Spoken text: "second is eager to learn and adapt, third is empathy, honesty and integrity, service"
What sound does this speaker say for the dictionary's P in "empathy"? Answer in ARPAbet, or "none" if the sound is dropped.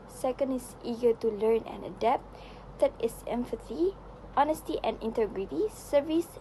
F